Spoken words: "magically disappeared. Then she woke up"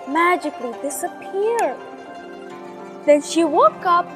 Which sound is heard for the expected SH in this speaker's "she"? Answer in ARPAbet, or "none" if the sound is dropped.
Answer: SH